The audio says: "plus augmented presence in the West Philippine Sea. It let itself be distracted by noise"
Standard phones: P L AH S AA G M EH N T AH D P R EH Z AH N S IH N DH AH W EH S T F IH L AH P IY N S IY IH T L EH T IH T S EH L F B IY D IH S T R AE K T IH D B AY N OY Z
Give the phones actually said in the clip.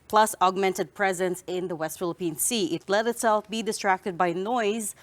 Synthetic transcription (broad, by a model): P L AH S AA G M EH N T AH D P R EH Z AH N S IH N DH AH W EH S T F IH L AH P IY N S IY IH T L EH T IH T S EH L F B IY D IH S T R AE K T IH D B AY N OY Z